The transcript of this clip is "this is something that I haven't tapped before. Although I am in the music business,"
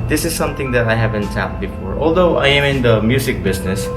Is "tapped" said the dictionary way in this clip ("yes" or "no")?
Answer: no